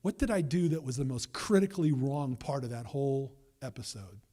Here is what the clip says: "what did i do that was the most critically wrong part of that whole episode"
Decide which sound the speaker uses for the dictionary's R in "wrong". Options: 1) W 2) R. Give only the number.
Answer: 2